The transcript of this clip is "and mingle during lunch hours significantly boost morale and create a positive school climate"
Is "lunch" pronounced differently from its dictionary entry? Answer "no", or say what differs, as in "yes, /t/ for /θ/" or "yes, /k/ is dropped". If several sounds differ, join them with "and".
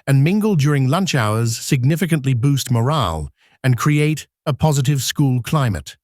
no